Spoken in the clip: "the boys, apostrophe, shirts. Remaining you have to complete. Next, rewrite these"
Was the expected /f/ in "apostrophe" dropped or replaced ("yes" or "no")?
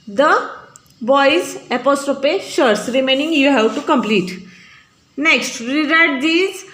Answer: yes